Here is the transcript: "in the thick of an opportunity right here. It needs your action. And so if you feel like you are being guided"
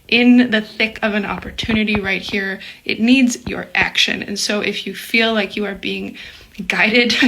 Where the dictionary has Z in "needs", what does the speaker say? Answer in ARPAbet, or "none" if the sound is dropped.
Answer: Z